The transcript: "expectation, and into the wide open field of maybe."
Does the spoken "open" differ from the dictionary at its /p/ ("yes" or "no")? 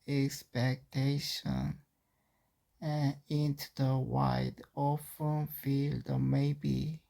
yes